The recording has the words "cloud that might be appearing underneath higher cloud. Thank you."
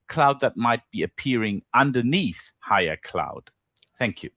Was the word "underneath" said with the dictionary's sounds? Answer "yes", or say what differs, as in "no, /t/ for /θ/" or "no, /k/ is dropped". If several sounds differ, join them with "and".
yes